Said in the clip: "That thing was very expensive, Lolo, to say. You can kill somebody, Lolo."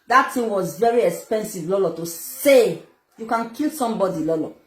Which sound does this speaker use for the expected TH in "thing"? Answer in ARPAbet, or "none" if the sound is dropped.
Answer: T